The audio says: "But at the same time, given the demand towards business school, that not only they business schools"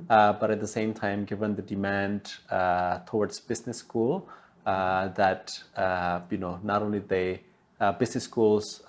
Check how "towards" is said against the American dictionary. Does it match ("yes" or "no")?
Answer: no